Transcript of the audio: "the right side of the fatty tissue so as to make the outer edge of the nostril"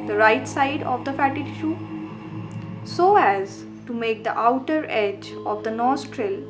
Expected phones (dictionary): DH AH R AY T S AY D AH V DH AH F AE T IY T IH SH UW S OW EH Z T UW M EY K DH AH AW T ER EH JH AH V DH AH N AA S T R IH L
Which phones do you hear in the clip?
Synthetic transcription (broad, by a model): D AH R AY T S AY D AH V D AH F AE T IY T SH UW S OW EH Z T UW M EY K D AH AW T ER EH JH AH V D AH N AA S T R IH L